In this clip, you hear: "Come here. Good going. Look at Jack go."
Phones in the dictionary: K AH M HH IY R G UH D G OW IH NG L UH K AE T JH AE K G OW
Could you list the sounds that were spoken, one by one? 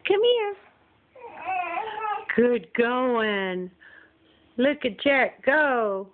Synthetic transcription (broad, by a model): K AH M HH IY R G UH D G OW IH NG L UH K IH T CH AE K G OW